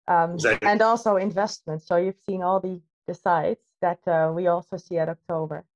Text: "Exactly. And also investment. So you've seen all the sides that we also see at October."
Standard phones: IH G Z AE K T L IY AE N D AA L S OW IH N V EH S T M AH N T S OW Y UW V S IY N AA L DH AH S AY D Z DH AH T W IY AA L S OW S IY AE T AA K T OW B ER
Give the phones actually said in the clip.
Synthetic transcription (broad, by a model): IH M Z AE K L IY N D AA L S OW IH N V EH S T M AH N T S OW Y UW V S IY N AA L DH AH S AY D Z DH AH T W IY AA L S OW S IY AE T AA K T OW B ER